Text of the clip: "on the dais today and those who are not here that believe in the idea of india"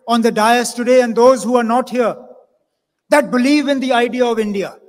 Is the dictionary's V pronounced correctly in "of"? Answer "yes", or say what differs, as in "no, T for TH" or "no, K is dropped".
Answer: yes